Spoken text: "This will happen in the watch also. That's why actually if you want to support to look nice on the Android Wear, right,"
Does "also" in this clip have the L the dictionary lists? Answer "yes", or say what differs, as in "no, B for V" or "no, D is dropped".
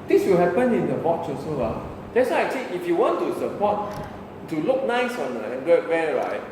no, L is dropped